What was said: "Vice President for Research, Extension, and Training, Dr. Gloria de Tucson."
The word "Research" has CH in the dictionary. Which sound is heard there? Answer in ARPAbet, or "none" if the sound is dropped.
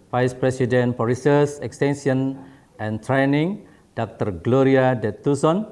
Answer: S